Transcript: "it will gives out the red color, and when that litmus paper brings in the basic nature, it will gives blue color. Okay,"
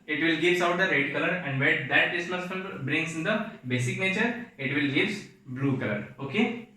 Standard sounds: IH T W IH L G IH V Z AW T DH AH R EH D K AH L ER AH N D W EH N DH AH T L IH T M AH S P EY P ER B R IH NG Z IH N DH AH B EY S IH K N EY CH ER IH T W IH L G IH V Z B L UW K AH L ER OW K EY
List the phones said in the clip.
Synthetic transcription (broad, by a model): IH T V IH L G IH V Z AW T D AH R EH D K AH L ER AH N D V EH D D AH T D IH S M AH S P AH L B R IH NG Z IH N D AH B EY S IH K N EY CH ER IH T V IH L G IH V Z B L UW K AH L ER OW K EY